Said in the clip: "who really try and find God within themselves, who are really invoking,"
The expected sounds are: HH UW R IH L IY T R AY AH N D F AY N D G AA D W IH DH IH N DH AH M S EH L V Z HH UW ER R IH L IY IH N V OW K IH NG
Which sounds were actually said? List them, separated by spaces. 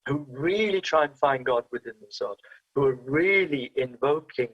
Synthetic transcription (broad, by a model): HH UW R IH L IY T R AY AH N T F AY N G AA D W IH DH IH N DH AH S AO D HH UW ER R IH L IY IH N V OW K IH NG